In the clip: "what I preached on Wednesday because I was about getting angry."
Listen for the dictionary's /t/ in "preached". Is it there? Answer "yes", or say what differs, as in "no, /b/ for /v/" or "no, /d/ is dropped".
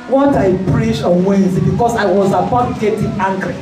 no, /t/ is dropped